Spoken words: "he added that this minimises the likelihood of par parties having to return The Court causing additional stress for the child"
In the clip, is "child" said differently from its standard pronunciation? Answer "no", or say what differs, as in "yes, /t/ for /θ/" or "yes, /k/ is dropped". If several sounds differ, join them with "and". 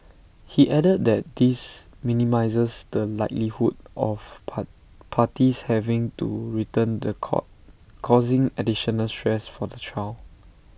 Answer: yes, /d/ is dropped